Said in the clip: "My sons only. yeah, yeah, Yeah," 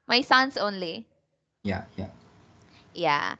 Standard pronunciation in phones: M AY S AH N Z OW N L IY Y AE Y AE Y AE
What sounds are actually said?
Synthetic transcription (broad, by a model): M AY S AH N S OW N L IY Y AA Y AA Y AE